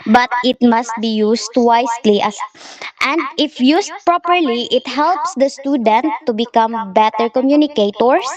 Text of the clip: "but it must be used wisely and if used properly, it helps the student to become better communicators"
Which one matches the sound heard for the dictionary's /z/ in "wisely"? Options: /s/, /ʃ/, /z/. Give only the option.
/s/